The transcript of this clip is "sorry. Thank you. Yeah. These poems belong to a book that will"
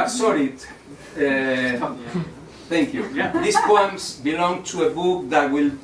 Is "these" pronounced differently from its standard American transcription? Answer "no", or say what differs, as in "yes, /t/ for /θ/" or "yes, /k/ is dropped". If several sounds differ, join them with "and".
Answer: yes, /s/ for /z/